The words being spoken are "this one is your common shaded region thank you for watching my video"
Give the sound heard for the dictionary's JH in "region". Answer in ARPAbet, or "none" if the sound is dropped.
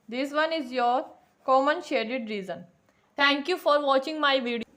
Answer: Z